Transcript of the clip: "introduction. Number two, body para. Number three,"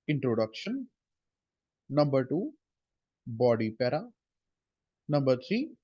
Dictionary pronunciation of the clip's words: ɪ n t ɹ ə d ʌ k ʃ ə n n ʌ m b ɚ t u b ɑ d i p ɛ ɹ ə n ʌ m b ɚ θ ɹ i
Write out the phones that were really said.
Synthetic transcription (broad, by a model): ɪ n t ɹ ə d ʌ k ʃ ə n n ʌ m b ɚ t u b ɑ d i p ɛ ɹ ə n ʌ m b ɚ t ɹ i